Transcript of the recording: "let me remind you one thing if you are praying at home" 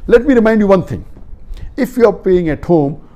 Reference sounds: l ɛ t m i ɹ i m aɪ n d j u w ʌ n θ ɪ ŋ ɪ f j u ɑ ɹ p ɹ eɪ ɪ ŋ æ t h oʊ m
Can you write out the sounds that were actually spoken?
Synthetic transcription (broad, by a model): l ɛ t m i ɹ i m aɪ n d j u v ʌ n t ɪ ŋ ɪ f j u ɑ ɹ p eɪ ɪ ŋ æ t h oʊ m